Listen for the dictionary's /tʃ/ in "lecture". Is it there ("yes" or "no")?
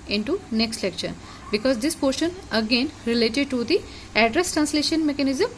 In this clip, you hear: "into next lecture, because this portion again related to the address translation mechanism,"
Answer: no